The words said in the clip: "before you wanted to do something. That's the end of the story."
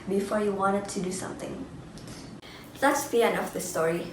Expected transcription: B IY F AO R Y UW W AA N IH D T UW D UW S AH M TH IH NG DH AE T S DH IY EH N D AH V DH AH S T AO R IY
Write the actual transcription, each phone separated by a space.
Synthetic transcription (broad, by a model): B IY F AO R Y UW W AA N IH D T UW D UW S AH M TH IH NG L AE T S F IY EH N AH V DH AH S T AO R IY